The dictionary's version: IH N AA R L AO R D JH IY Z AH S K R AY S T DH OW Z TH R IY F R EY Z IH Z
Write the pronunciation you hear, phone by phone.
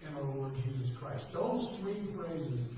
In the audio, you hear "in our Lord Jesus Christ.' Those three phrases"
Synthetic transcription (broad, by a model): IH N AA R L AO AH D JH IY Z AH S K R AY S T DH OW Z TH R IY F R EY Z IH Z